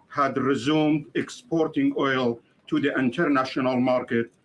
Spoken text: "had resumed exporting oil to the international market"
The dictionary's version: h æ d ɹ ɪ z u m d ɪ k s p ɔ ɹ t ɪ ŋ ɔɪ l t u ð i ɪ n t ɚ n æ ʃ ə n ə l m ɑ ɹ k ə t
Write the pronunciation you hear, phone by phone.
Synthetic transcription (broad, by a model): h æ d ɹ ɪ z u m d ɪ k s p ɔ ɹ t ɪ ŋ ɔɪ l t u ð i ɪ n t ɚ n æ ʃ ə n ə l m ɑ ɹ k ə t